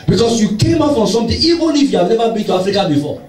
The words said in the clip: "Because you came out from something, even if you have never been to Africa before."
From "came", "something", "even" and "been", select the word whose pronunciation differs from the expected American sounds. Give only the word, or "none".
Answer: something